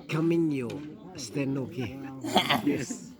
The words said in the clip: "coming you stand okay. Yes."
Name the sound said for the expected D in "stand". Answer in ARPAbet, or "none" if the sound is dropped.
none